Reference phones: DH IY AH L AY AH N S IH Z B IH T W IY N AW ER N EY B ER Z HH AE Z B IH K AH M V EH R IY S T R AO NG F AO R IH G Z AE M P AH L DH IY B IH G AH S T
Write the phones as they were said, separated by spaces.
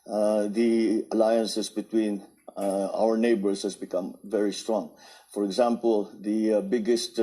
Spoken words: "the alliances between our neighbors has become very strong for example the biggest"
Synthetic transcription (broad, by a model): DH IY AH L AY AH N S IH S B IH T W IY N AW ER N EY B ER S HH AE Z B IH K AH M V EH R IY S T R AO NG F AO R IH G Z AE M P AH L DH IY B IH G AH S T